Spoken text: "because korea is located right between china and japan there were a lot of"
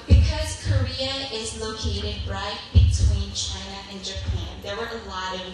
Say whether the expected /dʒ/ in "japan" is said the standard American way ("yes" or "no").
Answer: yes